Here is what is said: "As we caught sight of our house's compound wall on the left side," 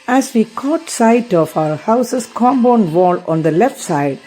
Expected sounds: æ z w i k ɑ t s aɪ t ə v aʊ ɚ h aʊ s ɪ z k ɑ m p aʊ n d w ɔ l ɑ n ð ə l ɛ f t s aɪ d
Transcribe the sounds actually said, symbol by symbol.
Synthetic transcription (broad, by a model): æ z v i k ɑ t s aɪ t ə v aʊ ɚ h aʊ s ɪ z k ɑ m b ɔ n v ɔ l ɑ n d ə l ɛ f t s aɪ d